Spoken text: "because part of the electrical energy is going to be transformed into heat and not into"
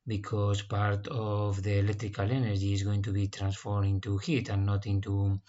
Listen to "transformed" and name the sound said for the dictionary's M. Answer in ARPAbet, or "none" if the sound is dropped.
none